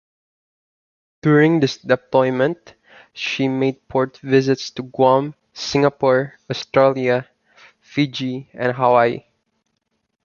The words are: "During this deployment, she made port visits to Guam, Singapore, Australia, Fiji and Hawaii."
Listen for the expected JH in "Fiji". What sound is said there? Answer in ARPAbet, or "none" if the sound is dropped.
JH